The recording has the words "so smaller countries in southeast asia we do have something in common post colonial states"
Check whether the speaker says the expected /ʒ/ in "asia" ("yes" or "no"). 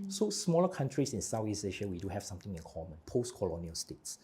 no